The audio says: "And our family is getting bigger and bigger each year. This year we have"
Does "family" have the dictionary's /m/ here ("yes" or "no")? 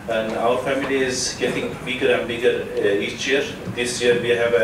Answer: yes